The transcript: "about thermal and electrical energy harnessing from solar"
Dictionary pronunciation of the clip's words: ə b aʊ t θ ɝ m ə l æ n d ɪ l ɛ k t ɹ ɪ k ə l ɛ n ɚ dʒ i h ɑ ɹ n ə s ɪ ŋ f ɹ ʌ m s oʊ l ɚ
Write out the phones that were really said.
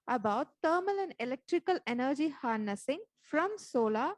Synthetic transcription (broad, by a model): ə b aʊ t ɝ m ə l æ n d ɪ l ɛ k t ɹ ɪ k ə l ɛ n ɚ dʒ i h ɑ ɹ n ə s ɪ ŋ f ɹ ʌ m s oʊ l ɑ